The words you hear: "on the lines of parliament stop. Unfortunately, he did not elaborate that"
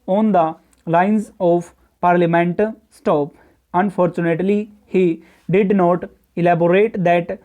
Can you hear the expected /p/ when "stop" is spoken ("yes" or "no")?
yes